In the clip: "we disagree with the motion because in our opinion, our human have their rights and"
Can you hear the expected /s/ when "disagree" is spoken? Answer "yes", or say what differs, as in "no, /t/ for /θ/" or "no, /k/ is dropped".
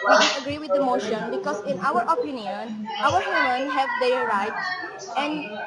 no, /s/ is dropped